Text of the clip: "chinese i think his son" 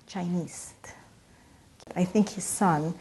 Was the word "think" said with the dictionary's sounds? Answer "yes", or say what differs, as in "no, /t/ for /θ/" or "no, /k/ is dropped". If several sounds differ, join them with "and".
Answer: yes